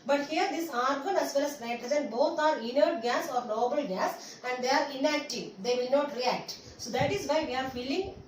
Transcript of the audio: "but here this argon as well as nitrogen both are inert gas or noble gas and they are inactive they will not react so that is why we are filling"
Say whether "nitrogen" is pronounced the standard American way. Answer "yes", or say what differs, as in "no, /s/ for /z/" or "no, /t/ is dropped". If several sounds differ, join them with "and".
no, /z/ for /dʒ/